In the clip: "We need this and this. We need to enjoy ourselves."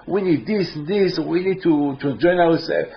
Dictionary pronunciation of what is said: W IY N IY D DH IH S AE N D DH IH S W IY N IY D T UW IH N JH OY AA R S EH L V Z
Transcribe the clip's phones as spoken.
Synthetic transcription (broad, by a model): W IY N IY D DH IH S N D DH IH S W IY N IY D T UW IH JH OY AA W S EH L